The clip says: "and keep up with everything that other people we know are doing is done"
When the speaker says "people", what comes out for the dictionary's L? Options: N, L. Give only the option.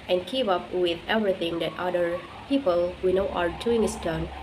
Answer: L